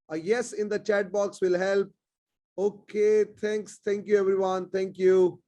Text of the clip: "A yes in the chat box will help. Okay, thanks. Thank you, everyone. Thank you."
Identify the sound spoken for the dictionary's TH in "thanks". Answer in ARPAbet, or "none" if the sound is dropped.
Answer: T